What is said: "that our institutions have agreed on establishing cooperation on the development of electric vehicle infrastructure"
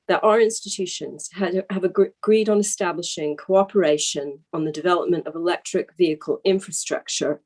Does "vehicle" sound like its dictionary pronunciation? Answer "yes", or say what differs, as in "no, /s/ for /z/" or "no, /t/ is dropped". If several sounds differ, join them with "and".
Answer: yes